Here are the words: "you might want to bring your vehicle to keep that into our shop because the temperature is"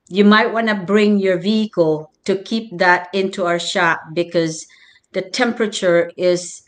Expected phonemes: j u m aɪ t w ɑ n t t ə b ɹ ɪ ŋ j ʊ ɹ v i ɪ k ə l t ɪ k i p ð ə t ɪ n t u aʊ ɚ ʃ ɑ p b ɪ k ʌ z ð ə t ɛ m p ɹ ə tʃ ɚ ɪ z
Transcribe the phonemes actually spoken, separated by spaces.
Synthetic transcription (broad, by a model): j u m aɪ t w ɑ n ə b ɹ ɪ ŋ j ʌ ɹ v i ɪ k ə l t ɪ k i p ð ə t ɪ n t u aʊ ɚ ʃ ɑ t b ɪ k ʌ z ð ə t ɛ m p ɹ ə tʃ ɚ ɪ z